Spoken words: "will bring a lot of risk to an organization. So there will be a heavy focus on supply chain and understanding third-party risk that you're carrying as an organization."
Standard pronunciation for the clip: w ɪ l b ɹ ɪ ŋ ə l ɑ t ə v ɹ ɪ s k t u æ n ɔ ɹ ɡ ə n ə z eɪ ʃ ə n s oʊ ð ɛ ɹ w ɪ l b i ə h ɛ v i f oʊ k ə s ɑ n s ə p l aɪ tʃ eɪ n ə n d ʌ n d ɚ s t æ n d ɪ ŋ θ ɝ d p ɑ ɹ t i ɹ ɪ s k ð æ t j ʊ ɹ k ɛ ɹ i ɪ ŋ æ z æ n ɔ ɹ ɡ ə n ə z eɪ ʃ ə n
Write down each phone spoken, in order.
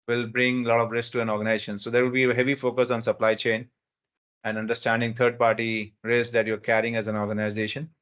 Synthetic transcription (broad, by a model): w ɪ l b ɹ ɪ ŋ l ɑ t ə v ɹ ɪ s k t u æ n ɔ ɹ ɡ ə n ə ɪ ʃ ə n s oʊ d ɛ ɹ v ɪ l b i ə h ɛ v i f oʊ k ə s ɑ n s ə p l aɪ tʃ eɪ n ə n d ʌ n d ɚ s t æ n d ɪ ŋ t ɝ d p ɑ ɹ t i ɹ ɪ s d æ t j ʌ ɹ k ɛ ɹ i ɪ ŋ æ z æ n ɔ ɹ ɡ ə n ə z eɪ ʃ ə n